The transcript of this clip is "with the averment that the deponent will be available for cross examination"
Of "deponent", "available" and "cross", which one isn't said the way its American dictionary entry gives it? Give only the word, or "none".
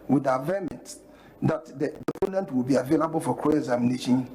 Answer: cross